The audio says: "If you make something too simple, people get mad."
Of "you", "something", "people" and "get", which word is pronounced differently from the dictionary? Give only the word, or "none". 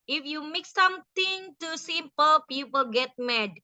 something